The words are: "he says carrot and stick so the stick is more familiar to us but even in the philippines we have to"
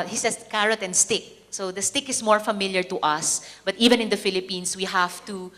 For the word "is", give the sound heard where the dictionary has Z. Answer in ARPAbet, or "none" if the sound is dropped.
S